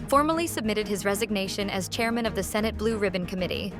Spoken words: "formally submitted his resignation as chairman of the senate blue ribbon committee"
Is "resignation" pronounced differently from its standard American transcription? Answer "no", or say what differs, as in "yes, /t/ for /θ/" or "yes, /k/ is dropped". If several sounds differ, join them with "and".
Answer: no